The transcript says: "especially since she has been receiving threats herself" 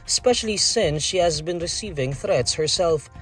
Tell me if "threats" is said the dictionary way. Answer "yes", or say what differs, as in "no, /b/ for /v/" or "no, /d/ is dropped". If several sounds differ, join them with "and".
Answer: yes